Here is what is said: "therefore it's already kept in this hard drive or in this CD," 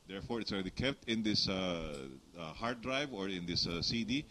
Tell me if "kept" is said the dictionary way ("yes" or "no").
yes